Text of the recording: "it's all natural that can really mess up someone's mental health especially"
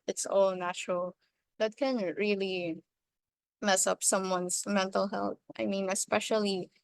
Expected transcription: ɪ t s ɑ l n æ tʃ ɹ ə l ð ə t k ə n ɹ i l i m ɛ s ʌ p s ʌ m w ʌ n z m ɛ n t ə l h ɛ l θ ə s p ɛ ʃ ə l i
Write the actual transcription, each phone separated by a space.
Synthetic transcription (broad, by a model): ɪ t s ɑ l n æ tʃ ɹ ə l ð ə t k ə n ɹ i l i m ɛ s ʌ p s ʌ m w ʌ n s m ɛ n t ə l h ɛ l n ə s p ɛ ʃ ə l i